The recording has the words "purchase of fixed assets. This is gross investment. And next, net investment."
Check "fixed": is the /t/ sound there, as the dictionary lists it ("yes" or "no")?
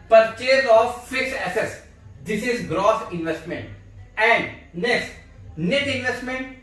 no